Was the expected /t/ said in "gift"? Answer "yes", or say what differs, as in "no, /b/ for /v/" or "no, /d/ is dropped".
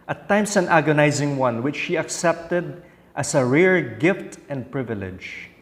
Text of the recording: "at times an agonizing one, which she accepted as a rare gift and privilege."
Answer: yes